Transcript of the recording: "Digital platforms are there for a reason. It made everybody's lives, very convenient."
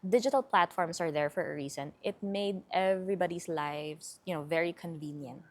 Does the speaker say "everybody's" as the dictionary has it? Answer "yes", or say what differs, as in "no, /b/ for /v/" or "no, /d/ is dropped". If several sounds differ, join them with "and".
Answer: no, /s/ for /z/